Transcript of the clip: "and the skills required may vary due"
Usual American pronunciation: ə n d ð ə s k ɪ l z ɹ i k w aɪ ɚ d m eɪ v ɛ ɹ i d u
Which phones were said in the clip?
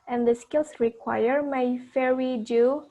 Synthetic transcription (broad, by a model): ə n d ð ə s k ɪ l s ɹ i k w aɪ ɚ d m eɪ f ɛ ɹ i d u